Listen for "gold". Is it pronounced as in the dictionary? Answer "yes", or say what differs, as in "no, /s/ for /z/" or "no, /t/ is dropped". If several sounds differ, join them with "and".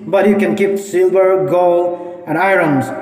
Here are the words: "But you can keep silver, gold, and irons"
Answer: no, /d/ is dropped